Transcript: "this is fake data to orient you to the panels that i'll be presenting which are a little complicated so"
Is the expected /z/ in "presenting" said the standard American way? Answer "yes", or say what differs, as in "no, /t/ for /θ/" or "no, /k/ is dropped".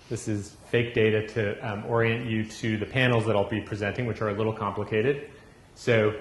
yes